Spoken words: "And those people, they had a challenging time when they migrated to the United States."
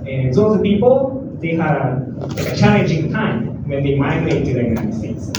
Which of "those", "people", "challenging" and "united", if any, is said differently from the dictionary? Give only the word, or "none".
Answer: those